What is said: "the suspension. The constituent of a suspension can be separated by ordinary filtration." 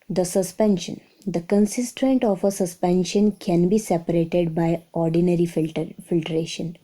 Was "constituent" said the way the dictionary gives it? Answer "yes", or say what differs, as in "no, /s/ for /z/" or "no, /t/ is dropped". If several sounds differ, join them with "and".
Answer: no, /s/ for /tʃ/